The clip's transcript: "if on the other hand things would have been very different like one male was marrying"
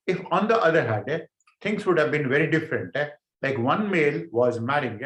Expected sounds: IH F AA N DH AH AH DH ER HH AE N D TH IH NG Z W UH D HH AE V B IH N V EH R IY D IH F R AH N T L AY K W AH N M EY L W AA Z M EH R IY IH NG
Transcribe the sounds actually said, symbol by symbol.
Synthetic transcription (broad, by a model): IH F AA N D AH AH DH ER HH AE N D T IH NG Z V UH D HH AE V B IH N V EH R IY D IH F R AH N T L AY K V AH N M EY L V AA Z M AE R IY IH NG